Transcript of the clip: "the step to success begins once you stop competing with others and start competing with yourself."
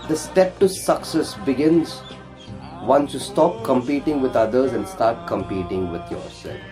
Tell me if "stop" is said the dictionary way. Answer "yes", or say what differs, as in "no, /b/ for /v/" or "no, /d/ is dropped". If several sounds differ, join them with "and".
yes